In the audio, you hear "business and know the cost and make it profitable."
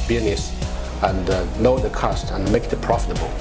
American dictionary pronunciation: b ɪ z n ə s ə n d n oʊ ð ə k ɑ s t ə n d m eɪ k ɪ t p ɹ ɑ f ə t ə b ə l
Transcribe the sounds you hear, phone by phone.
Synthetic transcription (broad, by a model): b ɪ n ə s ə n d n oʊ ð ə k ɑ s t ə n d m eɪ k ɪ t p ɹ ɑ f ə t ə b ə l